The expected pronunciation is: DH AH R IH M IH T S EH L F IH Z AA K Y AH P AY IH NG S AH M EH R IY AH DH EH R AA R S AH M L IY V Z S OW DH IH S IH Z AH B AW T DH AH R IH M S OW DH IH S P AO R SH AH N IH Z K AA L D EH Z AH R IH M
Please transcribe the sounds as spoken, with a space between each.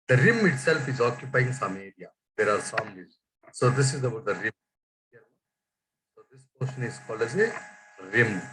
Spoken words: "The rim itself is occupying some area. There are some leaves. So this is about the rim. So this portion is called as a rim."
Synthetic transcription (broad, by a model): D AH R IH M IH T S EH L F IH Z AA K Y AH P AY IH NG S AH M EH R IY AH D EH R AA R S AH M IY Z S OW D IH S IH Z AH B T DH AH R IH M S OW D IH S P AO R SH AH N IH Z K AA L EH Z AH R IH M